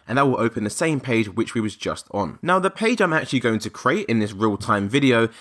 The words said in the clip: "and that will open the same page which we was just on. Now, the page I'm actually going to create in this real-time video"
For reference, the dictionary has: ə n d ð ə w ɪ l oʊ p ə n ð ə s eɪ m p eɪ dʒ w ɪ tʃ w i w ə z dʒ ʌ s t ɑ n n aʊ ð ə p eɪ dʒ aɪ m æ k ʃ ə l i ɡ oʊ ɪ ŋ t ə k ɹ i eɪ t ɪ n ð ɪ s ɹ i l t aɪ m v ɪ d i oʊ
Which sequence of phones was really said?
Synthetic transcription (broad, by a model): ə n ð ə w ɪ l oʊ p ə n ð ə s eɪ m p eɪ dʒ w ɪ tʃ w i w ə z dʒ ʌ s t n n aʊ ð ə p eɪ dʒ aɪ m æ k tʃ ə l i ɡ oʊ ɪ ŋ t ə k ɹ i eɪ t ɪ n ð ɪ s ɹ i l t aɪ m v ɪ d i oʊ